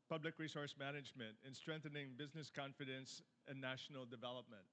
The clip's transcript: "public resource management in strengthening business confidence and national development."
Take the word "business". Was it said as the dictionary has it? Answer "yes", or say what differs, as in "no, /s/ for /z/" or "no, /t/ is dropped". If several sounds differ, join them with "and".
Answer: yes